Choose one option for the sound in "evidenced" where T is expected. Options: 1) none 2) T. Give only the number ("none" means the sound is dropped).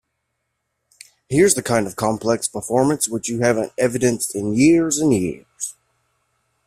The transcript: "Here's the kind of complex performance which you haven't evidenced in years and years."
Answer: 2